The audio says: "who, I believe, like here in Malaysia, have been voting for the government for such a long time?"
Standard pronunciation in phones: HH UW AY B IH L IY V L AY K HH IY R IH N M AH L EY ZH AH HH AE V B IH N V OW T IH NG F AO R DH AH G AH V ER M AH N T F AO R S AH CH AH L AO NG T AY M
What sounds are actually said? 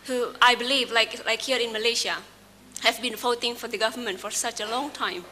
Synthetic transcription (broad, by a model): HH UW AY B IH L IY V L AY K HH IY R IH N M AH L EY SH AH HH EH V B IH N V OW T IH NG F AO R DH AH G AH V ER M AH N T F AO R S AH CH AH L AO NG T AY M